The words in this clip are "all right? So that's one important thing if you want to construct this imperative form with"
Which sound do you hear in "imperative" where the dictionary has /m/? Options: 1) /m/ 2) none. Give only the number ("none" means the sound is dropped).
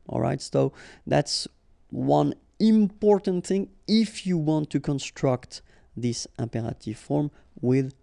1